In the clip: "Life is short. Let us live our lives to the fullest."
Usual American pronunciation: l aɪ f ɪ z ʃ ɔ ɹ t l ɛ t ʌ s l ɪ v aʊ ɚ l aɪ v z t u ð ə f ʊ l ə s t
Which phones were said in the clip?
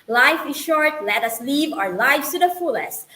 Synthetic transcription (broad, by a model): l aɪ f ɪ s ʃ ɔ ɹ t l ɛ t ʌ s l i v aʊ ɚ l aɪ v t u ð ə f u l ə s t